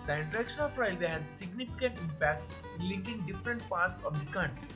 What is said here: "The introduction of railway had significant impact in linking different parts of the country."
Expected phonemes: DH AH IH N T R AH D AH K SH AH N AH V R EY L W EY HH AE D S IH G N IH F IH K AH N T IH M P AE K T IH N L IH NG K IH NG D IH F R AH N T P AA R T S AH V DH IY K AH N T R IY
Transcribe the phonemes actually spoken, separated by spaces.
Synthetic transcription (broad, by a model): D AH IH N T AH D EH K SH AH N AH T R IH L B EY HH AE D S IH G N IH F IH K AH N T IH M P AE K T IH N L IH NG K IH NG D IH F R AH N T P AA R T S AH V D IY K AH N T